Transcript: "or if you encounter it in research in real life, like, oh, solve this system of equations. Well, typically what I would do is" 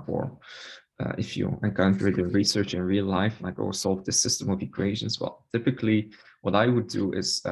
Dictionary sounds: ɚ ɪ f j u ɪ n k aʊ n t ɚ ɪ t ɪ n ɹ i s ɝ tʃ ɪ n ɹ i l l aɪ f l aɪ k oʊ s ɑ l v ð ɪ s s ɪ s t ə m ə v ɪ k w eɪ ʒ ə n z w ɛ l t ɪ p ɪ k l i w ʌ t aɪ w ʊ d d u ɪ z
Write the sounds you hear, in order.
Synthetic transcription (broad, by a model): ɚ ɪ f j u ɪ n k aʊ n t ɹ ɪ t ɪ n ɹ i s ɝ tʃ ɪ n ɹ i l l aɪ f n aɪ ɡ oʊ s ɑ l v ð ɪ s s ɪ s t ə m ə v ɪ k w eɪ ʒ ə n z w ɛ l t ɪ p ɪ k l i w ʌ t aɪ w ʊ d d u ɪ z